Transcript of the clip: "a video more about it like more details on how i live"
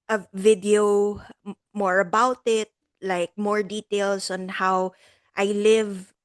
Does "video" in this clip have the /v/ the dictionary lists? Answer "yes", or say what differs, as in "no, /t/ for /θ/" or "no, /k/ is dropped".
yes